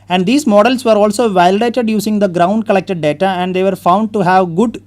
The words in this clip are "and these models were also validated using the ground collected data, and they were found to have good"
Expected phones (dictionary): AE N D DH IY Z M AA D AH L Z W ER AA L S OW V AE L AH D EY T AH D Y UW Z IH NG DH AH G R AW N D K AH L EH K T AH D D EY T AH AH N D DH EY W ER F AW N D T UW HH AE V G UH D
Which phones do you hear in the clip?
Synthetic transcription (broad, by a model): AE N D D IY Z M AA D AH L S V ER AA L S OW V AE L AH D EY T AH D Y UW S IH NG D AH G R AW N D K AH L EH K T AH D D EY T AH AH N D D EY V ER F AW N D T UW HH AE V G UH D